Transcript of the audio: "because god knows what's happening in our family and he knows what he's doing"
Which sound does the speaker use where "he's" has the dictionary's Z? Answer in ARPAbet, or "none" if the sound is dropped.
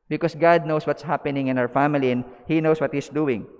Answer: S